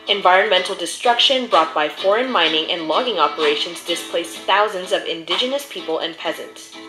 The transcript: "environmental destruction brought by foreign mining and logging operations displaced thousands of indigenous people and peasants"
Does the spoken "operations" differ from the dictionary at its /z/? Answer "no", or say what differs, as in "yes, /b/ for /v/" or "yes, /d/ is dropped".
no